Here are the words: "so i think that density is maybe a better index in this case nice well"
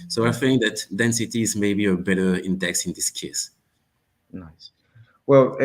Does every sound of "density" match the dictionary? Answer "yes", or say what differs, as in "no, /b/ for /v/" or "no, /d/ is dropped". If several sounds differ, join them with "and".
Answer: yes